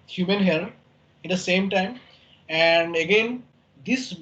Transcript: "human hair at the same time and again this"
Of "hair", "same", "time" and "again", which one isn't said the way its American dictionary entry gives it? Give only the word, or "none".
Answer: hair